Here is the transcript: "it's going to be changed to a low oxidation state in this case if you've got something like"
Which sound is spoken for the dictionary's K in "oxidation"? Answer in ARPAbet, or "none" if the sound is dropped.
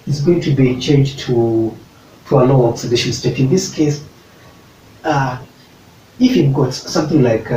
none